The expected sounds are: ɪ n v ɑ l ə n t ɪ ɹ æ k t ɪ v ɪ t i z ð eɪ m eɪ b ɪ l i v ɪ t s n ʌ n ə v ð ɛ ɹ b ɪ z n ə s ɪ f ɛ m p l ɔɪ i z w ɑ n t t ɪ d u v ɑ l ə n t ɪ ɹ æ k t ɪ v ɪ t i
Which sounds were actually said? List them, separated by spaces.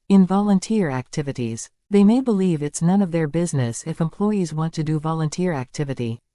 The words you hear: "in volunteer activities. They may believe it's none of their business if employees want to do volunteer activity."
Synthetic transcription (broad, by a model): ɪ n v ɑ l ə n t ɪ ɹ æ k t ɪ v ɪ t i z ð eɪ m eɪ b ɪ l i v ɪ t s n ʌ n ə v ð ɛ ɹ b ɪ z n ə s ɪ f ɛ m p l ɔɪ i z w ɑ n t t ɪ d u v ɑ l ə n t ɪ ɹ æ k t ɪ v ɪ t i